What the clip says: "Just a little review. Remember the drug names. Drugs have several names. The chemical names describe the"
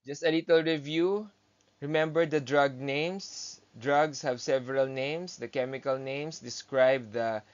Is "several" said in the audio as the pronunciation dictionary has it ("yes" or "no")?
yes